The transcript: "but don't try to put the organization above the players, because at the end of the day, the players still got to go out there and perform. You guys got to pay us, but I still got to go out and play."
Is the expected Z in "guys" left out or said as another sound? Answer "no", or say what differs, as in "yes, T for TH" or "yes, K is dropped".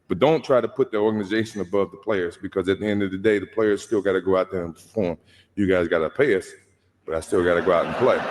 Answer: no